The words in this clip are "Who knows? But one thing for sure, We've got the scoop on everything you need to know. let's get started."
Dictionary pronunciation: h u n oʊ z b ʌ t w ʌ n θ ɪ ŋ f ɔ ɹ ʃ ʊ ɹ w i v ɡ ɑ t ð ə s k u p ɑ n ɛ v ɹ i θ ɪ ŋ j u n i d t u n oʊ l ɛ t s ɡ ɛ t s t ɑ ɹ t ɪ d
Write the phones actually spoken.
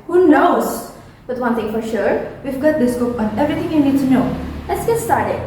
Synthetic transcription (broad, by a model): h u n oʊ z b ʌ t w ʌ n t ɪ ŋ f ɔ ɹ ʃ ʊ ɹ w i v ɡ ɑ t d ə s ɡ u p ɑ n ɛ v ɹ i t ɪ ŋ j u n i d t u n oʊ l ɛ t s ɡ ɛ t s t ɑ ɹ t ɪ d